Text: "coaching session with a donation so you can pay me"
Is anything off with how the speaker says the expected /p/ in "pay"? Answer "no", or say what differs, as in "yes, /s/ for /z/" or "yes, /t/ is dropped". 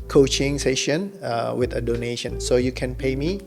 no